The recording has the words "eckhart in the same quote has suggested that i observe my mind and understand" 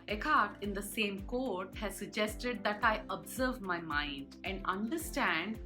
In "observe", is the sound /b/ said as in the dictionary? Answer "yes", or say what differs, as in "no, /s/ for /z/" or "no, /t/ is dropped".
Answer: yes